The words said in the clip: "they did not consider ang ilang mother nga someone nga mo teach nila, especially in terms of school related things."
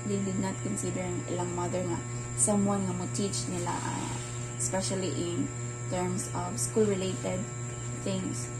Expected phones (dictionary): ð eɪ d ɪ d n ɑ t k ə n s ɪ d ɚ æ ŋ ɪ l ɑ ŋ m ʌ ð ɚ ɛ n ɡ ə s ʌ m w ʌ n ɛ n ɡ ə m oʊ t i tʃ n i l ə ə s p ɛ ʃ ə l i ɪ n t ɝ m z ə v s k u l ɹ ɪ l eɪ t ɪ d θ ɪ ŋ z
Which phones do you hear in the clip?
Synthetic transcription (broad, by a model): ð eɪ d ɪ d n ɑ t k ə n s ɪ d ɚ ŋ ɪ l ɑ ŋ m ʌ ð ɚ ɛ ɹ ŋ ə s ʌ m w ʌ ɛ n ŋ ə m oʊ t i tʃ n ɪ l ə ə s p ɛ ʃ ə l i ɪ n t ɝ m s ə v s k u l ɹ ɪ l eɪ t ɪ d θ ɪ ŋ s